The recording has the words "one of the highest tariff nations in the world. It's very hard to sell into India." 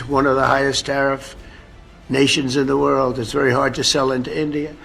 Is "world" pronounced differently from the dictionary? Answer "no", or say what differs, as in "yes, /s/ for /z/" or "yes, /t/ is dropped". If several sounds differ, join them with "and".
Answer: no